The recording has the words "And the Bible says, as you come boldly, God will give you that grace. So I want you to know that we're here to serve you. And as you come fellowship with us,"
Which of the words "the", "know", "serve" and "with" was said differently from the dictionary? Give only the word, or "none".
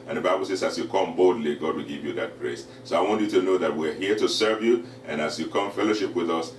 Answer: none